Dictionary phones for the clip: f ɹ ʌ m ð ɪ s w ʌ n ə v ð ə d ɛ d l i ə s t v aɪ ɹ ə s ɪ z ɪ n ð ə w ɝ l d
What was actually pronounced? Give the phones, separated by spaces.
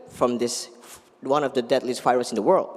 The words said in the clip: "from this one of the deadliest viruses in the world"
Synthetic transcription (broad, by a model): f ɹ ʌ m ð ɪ s w ʌ n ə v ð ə d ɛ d l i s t f aɪ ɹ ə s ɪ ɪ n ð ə w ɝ l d